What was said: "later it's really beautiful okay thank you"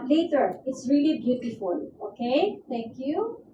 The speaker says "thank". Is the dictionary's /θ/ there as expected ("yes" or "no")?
no